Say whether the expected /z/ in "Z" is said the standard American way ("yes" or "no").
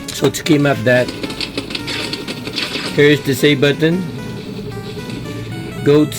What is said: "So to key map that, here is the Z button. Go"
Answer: no